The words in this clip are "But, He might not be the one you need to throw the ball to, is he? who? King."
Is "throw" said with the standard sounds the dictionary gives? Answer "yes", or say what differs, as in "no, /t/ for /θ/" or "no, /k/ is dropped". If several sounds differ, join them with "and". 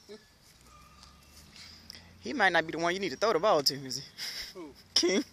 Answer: no, /ɹ/ is dropped